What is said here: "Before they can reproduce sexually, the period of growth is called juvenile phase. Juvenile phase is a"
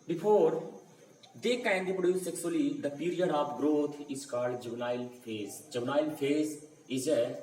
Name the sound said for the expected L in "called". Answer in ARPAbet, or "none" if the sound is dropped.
none